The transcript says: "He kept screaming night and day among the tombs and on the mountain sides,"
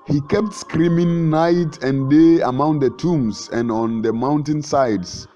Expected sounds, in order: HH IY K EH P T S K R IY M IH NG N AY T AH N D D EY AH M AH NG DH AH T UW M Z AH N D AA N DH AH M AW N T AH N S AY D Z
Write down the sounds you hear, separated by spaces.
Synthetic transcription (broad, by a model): HH IY K EH P T S K R IY M IH NG N AY T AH N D D EY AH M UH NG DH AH T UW M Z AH N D AA N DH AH M AW N T AH N S AY D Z